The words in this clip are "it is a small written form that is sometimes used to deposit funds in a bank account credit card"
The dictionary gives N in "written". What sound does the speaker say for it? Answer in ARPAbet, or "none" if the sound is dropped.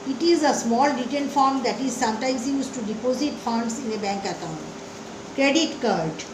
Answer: L